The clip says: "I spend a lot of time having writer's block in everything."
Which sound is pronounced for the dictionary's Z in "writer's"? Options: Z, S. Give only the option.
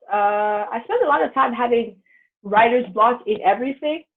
Z